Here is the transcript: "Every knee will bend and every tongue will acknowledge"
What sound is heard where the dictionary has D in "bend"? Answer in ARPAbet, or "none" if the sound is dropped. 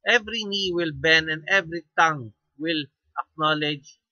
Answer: none